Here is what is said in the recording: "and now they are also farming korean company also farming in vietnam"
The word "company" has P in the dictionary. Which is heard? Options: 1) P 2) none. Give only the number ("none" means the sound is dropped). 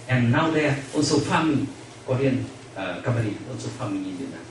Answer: 2